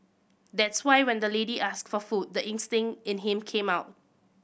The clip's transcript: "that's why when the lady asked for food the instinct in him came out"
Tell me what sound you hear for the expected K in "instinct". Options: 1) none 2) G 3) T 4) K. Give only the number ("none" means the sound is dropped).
1